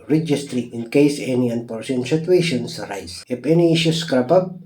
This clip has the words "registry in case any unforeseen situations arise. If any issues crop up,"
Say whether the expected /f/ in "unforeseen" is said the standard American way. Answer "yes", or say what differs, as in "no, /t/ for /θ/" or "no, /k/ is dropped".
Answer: no, /p/ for /f/